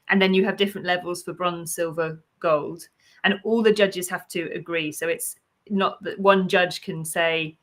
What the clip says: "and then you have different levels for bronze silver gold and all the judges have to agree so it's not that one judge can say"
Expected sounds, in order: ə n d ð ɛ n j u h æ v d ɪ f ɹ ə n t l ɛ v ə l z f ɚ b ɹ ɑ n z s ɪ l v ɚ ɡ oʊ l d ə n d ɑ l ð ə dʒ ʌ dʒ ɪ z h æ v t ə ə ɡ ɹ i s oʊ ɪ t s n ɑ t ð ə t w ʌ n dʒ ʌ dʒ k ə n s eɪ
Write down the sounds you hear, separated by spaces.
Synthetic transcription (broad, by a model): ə n ð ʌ n j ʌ v d ɪ f ɹ ə n t l ɛ v ə l z f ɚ b ɹ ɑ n s ɪ l v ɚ ɡ oʊ l d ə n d ɑ l ð ə dʒ ʌ dʒ ɪ z h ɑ f t ə ə ɡ ɹ i s oʊ ɪ t s n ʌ t ð ə t w ʌ n dʒ ʌ ʒ k ə n s eɪ